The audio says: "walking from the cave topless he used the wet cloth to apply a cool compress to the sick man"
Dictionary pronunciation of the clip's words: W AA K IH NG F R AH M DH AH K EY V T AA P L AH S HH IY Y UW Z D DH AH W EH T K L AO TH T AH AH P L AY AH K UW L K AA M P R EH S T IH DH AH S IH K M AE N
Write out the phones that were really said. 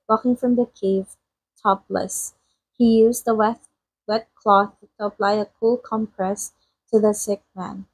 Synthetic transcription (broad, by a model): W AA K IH NG F R AH M DH AH K EY V T AA P L AH S HH IY Y UW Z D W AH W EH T K L AO TH T AH AH P L AY AH K UW L K AA M P R EH S T IH DH AH S IH K M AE N